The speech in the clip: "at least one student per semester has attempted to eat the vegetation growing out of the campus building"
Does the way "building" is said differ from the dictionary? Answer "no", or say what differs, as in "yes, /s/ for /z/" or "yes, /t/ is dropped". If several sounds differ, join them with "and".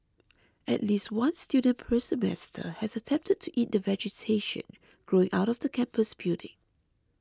yes, /l/ is dropped